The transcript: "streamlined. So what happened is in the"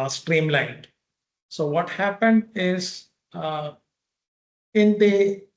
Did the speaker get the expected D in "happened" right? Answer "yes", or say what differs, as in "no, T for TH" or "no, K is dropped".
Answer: yes